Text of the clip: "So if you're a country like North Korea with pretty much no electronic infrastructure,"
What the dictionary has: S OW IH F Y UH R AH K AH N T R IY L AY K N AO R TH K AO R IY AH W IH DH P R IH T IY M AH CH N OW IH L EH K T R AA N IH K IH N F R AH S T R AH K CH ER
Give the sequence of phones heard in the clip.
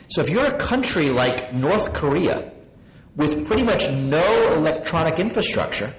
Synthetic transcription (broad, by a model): S OW IH F Y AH R AH K AH N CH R IY L AY K N AO R TH K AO R IY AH W IH DH P R IH T IY M AH CH N OW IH L EH K T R AA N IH K IH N F R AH S T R AH K CH ER